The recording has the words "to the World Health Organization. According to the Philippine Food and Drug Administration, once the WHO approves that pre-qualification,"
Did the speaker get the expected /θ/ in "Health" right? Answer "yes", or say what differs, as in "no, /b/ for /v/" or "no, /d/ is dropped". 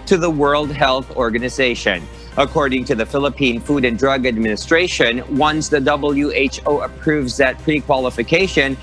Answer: yes